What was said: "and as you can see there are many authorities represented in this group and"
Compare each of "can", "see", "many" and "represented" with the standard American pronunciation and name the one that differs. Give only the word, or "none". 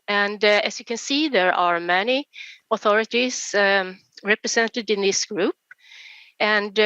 represented